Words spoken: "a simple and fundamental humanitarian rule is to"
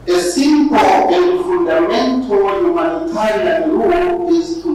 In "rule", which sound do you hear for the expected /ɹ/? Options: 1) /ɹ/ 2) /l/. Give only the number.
2